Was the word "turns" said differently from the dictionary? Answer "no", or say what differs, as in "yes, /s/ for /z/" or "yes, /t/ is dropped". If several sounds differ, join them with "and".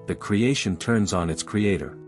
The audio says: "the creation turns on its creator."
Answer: no